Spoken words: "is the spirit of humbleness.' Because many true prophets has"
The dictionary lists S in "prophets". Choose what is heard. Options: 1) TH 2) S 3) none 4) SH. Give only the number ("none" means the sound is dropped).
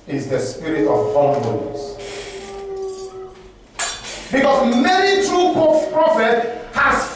3